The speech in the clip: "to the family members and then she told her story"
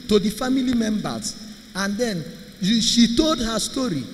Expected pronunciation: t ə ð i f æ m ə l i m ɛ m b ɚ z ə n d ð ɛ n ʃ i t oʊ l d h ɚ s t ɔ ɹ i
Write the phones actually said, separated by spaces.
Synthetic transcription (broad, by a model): t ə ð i f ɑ m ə l i m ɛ m b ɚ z ə n d ɛ n ʃ i t oʊ l d h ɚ s t ɔ ɹ i